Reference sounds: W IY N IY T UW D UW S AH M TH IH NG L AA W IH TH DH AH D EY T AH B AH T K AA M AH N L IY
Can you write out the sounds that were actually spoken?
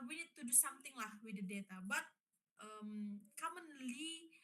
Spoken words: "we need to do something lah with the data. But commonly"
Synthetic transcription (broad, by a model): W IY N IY T UW D UW S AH M T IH NG L AA W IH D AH D EY T AH B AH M K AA M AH N L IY